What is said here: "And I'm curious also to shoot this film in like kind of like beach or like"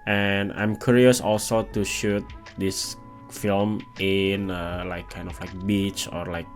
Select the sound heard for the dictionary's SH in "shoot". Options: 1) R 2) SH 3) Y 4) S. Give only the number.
2